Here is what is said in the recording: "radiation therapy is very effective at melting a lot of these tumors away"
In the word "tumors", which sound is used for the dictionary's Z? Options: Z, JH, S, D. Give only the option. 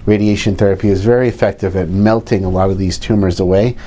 Z